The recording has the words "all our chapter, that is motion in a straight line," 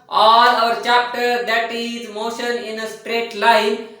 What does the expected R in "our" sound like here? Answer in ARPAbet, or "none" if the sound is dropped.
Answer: R